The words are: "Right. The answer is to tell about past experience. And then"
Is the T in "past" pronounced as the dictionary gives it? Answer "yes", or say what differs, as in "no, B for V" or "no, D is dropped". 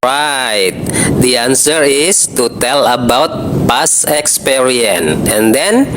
no, T is dropped